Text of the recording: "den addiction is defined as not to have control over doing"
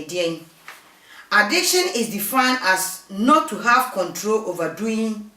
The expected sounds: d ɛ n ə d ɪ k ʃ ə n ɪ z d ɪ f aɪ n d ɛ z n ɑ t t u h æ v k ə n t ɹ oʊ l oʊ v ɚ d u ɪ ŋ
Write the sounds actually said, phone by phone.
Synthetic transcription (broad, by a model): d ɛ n ə d ɪ k ʃ ə n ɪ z d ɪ f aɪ n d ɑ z n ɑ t t u h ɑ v k ə n t ɹ oʊ l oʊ v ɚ d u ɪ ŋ